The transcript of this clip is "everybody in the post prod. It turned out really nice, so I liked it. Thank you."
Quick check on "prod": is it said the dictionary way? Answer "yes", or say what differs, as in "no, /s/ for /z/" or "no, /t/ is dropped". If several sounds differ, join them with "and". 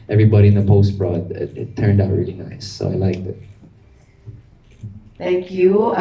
no, /b/ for /p/